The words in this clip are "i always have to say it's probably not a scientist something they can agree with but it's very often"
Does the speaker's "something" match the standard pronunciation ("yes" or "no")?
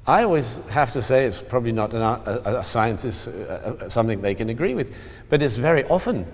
yes